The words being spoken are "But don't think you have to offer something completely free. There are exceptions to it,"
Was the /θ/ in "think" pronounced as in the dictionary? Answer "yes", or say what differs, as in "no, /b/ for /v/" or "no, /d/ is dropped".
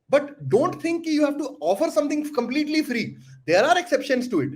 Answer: no, /t/ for /θ/